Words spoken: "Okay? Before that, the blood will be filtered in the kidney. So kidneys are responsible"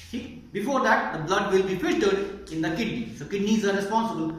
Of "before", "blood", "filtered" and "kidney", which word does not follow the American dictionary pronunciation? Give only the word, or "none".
filtered